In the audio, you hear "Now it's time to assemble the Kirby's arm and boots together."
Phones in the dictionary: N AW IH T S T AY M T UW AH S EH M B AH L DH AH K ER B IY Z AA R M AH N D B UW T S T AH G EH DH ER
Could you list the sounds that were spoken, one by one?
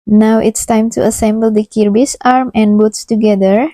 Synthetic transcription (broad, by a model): N AW IH T S T AY M T UW AH S EH M B AH L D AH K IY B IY S AA R M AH N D B UW T S T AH G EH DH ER